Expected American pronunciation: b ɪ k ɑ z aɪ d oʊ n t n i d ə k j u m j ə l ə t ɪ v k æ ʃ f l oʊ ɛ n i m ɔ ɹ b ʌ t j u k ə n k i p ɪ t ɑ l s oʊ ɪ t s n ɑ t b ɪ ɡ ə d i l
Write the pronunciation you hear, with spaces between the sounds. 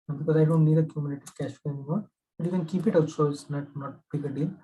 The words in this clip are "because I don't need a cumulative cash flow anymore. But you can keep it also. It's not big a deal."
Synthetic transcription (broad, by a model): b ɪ k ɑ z aɪ d oʊ n t n i d ə k j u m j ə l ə t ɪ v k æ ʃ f oʊ ɛ n i m ɔ ɹ b ʌ t j u k ə n k i p ɪ t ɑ s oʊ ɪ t n ɑ t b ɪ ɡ ə d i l